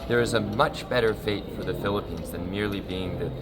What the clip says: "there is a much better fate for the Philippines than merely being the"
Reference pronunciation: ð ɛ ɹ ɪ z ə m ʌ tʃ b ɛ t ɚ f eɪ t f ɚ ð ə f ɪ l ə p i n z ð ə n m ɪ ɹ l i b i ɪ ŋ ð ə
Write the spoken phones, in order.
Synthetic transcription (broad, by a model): ð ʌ ɹ ɪ z ə m ʌ tʃ b ɛ t ɚ f eɪ t f ɚ ð ə f ɪ l ə p i n z ð ə n m ɪ ɹ l i b i ɪ ŋ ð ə